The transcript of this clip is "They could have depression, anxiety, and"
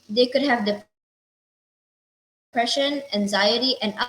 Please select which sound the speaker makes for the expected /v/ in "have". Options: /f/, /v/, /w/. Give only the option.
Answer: /v/